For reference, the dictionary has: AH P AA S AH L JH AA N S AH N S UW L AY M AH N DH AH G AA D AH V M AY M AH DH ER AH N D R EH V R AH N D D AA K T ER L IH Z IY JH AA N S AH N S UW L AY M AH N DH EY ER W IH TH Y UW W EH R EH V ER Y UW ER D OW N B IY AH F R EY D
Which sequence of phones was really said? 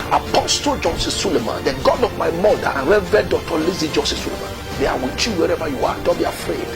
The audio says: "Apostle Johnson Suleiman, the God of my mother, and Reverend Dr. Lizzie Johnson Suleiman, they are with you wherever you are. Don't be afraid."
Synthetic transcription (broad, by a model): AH P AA S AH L JH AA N S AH S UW L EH M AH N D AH G AA D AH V M AY M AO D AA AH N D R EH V AH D D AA T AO L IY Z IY JH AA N S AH S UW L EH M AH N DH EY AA W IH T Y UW W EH R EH V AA Y UW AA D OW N B IY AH F R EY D